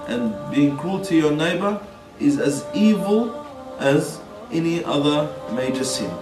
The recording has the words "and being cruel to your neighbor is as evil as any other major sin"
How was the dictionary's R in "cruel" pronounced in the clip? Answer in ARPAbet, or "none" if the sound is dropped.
none